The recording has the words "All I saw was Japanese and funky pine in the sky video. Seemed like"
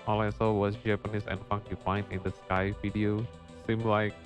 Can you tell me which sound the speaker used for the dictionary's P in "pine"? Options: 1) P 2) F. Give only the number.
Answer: 2